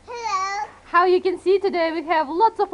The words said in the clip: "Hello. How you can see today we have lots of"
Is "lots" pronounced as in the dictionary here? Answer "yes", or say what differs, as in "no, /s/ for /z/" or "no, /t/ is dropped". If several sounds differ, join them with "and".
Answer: yes